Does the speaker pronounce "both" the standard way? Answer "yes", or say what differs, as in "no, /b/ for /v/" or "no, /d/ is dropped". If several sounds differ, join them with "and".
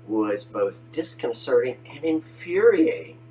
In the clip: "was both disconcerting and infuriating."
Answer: yes